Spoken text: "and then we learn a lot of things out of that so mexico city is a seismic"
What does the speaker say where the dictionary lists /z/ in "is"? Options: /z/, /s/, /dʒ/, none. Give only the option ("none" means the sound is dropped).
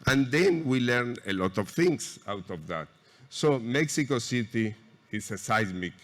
/s/